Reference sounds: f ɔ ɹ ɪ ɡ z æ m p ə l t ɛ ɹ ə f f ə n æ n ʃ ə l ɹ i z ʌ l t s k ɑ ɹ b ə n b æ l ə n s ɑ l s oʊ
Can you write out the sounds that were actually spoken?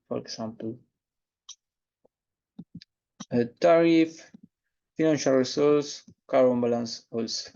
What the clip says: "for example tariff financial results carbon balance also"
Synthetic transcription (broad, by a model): f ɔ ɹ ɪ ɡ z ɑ m p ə t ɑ ɹ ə f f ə n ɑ n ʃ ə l ɹ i s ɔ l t s k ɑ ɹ ə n b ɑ l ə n s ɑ l s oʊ